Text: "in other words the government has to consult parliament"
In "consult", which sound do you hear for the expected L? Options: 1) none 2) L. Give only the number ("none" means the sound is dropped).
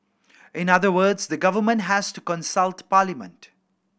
2